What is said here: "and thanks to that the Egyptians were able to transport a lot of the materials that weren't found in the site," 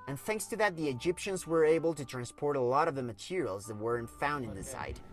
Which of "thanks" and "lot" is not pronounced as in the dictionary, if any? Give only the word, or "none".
none